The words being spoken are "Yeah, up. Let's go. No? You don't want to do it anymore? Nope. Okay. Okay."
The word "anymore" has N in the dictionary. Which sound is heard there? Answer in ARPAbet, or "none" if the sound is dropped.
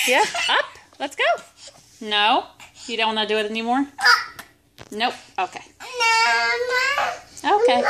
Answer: N